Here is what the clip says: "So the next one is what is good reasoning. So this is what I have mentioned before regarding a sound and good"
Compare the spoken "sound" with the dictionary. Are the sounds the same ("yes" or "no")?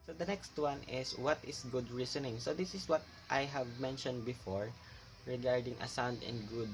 yes